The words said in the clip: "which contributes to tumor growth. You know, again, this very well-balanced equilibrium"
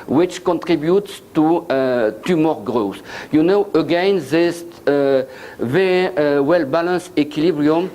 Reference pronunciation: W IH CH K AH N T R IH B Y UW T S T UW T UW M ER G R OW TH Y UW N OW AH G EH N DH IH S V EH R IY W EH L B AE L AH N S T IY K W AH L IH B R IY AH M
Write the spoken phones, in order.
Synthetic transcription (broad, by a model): W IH CH K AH N T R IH B Y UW T S T UW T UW M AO G R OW S Y UW N OW AH G EH N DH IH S V EH R IY W EH L B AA L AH N S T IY K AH L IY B R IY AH M